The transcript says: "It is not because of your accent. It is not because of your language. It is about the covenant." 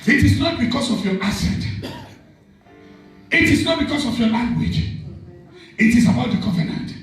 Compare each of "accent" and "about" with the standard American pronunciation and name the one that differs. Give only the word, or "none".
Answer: accent